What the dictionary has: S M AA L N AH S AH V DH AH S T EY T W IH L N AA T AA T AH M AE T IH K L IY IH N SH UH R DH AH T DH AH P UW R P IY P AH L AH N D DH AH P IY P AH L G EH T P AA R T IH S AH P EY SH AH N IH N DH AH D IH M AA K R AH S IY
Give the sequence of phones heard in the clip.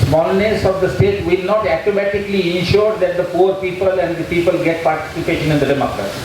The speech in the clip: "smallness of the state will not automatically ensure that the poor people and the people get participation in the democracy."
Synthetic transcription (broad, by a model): S M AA L N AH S AH V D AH S T EY T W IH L N AA T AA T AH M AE T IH K L IY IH N SH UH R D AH T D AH P UW R P IY P AH L AH N D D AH P IY P AH L G EH T P AA R T IH S AH P EY SH AH N IH N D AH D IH M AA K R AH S